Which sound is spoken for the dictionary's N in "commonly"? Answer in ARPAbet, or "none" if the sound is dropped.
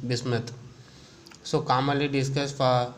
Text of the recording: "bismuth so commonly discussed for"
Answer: none